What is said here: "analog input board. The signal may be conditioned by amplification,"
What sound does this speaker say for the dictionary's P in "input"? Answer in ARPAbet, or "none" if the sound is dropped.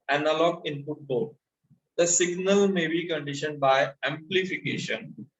F